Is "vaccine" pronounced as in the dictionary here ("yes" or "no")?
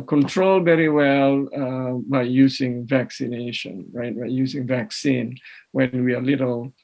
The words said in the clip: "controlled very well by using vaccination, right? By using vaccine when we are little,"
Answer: yes